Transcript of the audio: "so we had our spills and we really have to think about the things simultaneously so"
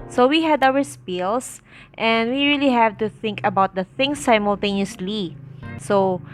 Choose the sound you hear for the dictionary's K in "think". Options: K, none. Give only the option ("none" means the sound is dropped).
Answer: K